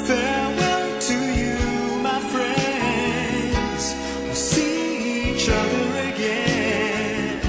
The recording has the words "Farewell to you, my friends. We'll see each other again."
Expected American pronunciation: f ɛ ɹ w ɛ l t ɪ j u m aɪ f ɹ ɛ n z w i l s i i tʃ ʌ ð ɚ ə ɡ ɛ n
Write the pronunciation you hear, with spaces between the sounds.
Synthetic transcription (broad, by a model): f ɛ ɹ w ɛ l t ɪ j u m aɪ f ɹ ɛ n z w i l s i i tʃ ʌ ð ɚ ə ɡ ɛ n